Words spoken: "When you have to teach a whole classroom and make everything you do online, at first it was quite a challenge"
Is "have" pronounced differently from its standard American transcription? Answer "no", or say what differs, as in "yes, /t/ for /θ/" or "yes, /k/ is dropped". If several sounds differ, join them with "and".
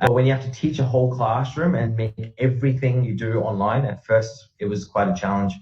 yes, /f/ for /v/